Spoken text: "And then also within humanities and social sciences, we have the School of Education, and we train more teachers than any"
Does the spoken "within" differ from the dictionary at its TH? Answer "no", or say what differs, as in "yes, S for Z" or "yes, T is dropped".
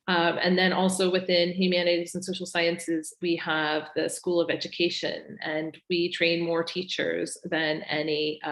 no